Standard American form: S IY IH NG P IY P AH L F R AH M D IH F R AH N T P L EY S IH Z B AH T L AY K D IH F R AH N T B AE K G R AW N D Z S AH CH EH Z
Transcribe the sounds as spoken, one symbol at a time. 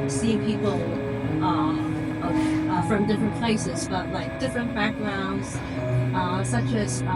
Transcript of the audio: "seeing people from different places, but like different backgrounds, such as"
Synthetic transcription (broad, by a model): S IY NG P IY P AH F R AH M D IH F R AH N P L EY S IH Z B AH T L AY K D IH F R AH N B AE K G R AW N D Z S AH CH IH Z